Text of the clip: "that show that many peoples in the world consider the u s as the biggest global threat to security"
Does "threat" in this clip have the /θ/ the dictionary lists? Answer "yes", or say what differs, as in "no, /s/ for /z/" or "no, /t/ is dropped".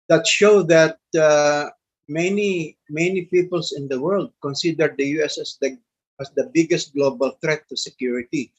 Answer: no, /t/ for /θ/